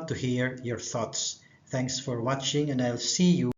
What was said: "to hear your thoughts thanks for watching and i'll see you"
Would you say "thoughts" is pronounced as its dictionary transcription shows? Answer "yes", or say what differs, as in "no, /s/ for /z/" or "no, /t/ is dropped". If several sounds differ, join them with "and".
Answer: yes